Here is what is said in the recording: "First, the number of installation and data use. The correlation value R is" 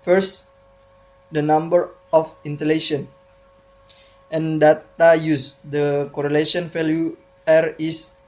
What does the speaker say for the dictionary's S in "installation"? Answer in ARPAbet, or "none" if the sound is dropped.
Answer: none